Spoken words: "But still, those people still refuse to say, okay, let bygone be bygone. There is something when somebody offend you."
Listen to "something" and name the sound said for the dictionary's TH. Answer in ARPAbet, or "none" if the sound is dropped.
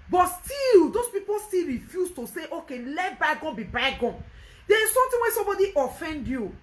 T